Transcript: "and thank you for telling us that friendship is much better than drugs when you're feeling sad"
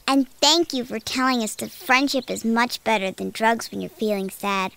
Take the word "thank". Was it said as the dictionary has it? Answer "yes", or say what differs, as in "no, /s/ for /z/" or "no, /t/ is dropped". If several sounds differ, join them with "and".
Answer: yes